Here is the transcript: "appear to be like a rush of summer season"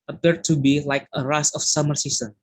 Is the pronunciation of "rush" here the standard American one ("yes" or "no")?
no